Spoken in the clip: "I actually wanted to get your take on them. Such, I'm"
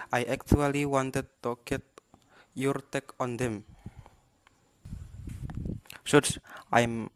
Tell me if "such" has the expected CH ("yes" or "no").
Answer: no